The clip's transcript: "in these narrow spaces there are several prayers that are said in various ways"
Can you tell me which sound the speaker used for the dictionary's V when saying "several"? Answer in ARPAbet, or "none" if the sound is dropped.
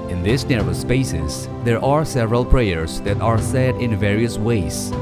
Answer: V